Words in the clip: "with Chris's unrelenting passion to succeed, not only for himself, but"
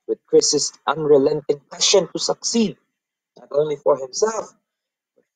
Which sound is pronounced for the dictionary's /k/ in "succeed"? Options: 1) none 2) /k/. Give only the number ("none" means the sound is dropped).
2